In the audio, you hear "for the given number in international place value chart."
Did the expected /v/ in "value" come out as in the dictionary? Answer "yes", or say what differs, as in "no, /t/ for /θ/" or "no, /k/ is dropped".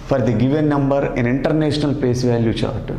yes